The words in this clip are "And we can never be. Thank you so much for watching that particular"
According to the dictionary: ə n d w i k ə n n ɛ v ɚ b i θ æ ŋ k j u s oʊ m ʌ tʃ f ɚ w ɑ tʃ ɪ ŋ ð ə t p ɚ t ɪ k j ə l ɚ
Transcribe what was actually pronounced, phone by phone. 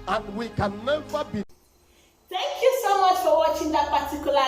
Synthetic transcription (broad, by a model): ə n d w i k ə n n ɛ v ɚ b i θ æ ŋ k j u s oʊ m ʌ tʃ f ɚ w ɑ tʃ ɪ ŋ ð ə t p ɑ t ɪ k j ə l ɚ